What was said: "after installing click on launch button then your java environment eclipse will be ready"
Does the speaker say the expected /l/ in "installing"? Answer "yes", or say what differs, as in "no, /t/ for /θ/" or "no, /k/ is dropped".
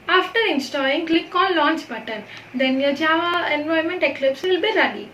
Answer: no, /l/ is dropped